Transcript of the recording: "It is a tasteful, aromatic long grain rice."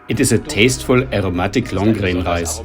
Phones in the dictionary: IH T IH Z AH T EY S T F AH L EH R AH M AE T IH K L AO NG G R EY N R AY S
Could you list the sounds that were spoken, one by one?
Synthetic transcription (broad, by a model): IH T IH S AH T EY S T F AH L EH R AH M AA T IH K L AO NG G R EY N R AY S